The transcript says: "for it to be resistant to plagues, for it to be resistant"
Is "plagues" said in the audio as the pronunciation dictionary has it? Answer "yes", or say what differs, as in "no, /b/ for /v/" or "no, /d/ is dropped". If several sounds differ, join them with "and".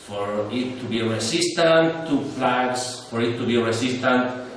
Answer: no, /f/ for /p/ and /s/ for /z/